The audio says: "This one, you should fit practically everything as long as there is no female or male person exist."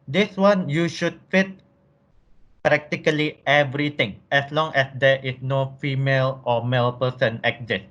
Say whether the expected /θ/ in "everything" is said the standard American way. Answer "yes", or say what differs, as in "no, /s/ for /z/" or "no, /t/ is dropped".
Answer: no, /t/ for /θ/